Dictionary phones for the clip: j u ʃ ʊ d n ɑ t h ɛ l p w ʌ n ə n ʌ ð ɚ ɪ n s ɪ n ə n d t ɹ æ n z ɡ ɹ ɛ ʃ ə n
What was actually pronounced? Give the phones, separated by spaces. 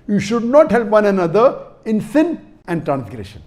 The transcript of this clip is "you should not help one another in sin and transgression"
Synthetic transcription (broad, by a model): j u ʃ ʊ d n ɑ t h ɛ l p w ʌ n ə n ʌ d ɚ ɪ n s ɪ n ə n d t ɹ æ n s ɡ ɹ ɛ ʃ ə n